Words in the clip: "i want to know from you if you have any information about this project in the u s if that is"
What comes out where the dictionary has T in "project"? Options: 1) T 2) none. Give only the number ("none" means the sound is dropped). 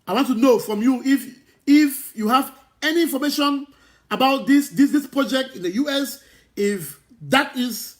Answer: 1